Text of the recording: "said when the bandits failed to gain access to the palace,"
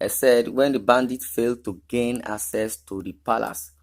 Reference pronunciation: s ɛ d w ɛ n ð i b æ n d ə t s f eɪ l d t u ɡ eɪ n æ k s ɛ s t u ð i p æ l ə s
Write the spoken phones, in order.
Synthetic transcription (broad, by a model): s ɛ d w ɛ n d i b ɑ n d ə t f eɪ l d t u ɡ eɪ n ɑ k s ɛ s t u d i p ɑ l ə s